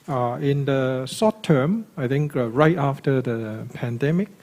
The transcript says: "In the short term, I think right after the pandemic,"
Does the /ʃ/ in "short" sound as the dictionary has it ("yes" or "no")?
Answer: no